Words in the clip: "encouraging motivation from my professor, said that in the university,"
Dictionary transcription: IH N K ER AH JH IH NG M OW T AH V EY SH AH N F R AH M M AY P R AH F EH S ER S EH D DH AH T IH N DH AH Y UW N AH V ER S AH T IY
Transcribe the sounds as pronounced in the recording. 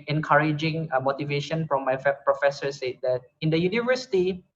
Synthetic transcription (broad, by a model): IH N K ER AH JH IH NG M OW T AH V EY SH AH N F R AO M M AY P R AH F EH S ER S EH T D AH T IH N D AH Y UW N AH V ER S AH T IY